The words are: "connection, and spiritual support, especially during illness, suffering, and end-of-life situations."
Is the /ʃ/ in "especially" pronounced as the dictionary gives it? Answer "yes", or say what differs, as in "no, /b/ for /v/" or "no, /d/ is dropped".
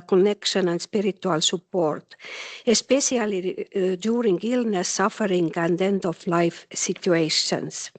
no, /s/ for /ʃ/